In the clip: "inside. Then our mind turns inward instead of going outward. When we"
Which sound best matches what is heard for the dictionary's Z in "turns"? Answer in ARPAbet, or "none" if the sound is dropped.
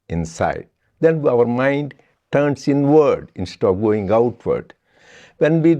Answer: S